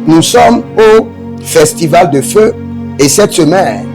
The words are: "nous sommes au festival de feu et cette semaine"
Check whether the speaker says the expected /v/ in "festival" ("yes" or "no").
yes